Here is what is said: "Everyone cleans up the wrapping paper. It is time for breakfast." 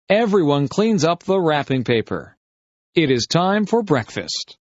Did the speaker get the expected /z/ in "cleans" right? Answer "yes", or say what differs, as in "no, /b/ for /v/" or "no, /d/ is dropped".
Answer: yes